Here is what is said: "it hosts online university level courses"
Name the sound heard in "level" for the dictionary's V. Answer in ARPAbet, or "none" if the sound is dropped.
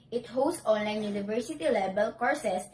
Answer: B